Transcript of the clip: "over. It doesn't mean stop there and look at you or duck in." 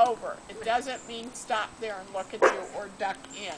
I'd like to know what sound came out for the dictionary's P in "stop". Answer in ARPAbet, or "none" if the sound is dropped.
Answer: P